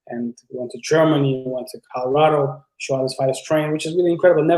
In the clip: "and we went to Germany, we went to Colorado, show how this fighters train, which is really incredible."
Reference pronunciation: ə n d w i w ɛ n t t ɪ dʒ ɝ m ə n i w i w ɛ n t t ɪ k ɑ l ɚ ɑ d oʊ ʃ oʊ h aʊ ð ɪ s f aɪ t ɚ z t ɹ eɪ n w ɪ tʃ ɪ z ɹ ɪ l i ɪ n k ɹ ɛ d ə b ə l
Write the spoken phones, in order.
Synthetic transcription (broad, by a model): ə n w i w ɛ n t t ɪ dʒ ɝ m ə n i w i w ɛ n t t ɪ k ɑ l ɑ d oʊ ʃ oʊ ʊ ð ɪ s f aɪ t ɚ s t ɹ eɪ n w ɪ tʃ ɪ z ɹ ɪ l i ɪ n k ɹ ɛ d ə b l